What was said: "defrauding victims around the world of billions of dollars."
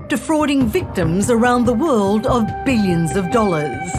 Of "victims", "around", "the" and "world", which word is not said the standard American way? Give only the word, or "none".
none